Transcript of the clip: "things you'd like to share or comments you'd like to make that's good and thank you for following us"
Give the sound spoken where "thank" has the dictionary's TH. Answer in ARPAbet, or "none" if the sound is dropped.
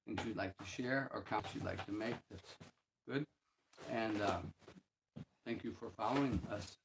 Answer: TH